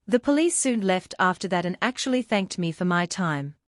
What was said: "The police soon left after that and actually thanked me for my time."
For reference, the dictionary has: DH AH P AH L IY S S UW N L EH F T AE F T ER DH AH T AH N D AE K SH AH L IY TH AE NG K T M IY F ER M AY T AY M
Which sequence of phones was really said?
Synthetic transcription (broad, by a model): DH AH P AH L IY S S UW N L EH F T AE F T ER DH AH T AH N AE K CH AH L IY TH AE NG K T M IY F ER M AY T AY M